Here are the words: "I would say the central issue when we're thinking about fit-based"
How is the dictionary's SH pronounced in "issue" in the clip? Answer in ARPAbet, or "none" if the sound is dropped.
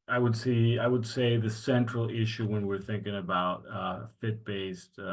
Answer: SH